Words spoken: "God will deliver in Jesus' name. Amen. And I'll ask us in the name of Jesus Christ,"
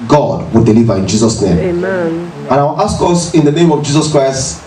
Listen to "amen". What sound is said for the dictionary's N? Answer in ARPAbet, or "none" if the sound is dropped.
none